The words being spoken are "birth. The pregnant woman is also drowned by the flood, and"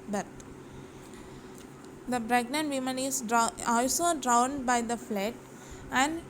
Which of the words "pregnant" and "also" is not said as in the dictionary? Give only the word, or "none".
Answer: pregnant